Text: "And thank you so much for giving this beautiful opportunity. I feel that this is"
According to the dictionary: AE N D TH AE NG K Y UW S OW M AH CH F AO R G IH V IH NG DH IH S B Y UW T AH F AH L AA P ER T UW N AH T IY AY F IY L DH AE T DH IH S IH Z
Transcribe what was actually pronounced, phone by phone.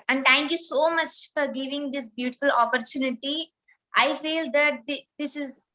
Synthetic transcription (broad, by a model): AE N D T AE NG K Y UW S OW M AH CH F AO R G IH V IH NG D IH S B Y UW T AH F AH L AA P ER T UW N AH T IY AY F IY L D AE T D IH S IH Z